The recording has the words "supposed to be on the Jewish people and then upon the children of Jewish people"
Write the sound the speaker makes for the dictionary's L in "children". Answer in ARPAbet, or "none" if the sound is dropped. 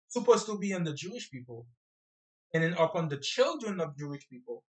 L